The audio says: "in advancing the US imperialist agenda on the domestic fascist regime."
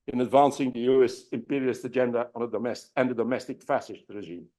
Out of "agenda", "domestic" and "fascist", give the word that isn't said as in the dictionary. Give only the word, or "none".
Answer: fascist